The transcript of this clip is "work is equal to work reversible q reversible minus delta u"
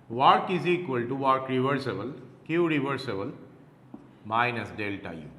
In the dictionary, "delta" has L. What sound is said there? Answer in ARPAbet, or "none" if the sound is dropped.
L